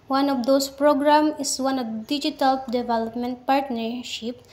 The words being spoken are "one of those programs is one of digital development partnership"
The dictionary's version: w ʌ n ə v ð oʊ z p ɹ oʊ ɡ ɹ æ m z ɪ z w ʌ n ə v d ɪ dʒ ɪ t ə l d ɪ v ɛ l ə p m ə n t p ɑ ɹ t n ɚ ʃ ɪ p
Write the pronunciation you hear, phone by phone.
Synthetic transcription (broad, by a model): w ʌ n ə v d oʊ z p ɹ oʊ ɡ ɹ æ m ɪ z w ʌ n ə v d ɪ dʒ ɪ t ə l d ɪ v ɛ l ə p m ə n t p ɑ ɹ t n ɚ ʃ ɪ p